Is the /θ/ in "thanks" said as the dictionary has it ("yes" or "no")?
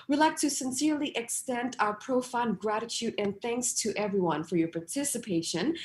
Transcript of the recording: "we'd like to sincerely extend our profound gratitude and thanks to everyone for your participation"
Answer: yes